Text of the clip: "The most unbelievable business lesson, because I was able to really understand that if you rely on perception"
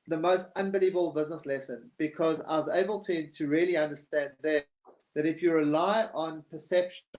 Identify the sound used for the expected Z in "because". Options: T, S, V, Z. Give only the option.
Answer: Z